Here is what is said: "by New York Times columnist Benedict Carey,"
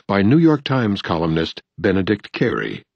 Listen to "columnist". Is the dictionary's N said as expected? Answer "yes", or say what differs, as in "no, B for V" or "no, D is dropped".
yes